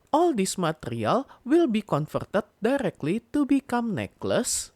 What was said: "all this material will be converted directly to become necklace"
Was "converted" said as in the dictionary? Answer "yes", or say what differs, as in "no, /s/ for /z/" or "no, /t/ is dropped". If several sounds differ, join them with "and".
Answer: no, /f/ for /v/